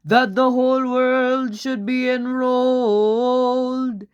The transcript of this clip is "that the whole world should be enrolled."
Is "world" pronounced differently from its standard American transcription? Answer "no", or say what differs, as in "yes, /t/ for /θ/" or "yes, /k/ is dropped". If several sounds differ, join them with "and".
no